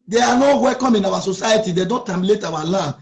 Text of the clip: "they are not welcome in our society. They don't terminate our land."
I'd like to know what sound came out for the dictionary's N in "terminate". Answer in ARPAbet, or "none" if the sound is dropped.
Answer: L